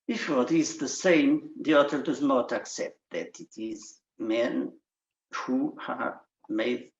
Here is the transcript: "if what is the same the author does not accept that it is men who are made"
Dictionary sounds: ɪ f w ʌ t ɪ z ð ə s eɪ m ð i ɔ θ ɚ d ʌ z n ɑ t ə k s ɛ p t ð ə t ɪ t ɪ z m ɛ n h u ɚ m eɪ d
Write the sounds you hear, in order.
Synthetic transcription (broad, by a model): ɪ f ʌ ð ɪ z ð ə s eɪ m ð i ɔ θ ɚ d ʌ z n ɑ t ə k s ɛ p t ð ə t ɪ t ɪ z m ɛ n h u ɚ m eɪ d